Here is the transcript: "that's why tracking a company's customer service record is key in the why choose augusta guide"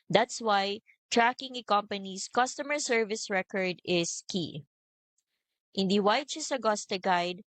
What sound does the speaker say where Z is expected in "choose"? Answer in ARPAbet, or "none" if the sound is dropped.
S